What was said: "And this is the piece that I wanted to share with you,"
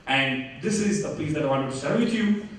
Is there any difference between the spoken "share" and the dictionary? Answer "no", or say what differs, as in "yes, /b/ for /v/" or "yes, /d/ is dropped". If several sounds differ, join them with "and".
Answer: yes, /s/ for /ʃ/